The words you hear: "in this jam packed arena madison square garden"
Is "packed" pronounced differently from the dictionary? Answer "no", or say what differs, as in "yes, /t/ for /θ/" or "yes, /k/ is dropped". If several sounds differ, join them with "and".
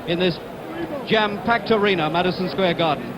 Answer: no